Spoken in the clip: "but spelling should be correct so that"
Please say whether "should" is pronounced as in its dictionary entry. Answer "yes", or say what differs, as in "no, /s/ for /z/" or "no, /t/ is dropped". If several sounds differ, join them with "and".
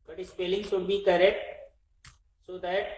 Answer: no, /s/ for /ʃ/